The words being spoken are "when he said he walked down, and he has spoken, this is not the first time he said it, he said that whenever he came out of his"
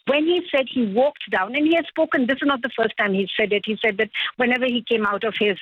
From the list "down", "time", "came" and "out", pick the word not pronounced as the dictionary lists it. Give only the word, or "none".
none